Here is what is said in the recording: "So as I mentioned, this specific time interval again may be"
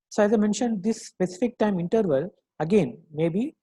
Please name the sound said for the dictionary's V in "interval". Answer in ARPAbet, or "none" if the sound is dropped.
V